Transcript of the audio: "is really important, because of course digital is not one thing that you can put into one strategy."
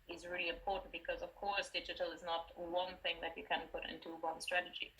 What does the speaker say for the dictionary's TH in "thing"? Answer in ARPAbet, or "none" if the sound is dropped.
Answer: TH